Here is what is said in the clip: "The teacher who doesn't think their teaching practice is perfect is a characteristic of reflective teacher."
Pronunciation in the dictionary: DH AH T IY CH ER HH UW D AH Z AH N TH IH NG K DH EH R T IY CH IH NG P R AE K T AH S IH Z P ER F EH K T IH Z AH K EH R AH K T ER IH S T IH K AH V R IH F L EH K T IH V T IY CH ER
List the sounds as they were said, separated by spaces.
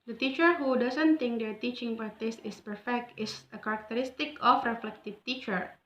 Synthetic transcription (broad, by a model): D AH T IY CH ER HH UW D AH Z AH N T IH NG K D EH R T IY CH IH NG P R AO T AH S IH S P ER F EH K T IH S AH K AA R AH K T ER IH S T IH K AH F R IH F L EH K T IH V T IY CH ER